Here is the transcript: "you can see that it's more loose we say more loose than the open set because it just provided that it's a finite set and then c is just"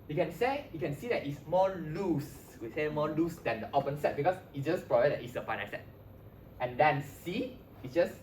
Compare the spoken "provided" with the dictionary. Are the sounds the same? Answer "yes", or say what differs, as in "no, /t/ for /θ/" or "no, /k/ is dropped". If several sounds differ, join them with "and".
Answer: no, /b/ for /v/